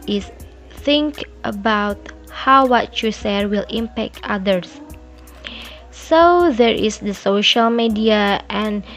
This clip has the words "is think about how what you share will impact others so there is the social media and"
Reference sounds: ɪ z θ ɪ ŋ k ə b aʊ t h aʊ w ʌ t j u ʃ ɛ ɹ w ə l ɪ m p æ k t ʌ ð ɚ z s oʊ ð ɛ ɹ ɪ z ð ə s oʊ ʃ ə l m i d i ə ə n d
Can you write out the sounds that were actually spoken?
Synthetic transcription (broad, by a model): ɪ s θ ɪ ŋ k ə b aʊ t h aʊ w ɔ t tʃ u s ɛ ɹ w ə l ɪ m p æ k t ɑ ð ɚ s s oʊ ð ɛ ɹ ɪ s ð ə s oʊ ʃ ə l m i d i ə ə n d